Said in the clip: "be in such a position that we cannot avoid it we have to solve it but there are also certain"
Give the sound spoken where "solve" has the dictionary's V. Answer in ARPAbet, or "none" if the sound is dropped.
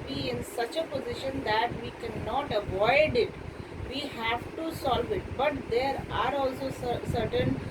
V